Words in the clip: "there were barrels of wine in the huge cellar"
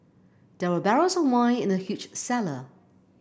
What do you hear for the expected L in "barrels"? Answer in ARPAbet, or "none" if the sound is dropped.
none